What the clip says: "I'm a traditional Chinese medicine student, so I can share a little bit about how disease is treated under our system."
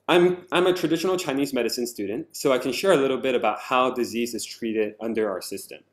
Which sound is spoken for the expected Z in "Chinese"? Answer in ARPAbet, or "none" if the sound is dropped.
Z